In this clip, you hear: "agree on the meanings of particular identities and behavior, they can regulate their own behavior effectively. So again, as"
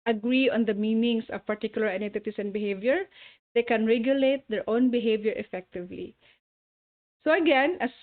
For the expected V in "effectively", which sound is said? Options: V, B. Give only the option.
V